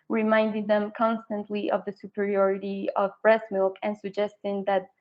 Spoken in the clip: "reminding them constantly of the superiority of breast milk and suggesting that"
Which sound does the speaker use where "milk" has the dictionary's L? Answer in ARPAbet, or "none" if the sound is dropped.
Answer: L